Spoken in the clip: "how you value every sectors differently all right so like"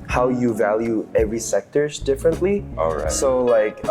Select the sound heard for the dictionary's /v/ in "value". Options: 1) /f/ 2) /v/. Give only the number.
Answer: 2